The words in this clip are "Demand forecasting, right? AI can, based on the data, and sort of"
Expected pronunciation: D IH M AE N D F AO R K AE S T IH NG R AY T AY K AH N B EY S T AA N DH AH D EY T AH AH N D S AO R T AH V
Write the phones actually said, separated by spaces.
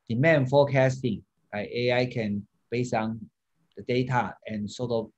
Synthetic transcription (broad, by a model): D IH M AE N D F AO K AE S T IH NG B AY AY K AH N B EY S AA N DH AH D EY T AH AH N S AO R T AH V